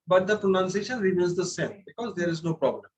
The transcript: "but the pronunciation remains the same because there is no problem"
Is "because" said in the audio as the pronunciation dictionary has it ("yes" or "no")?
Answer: yes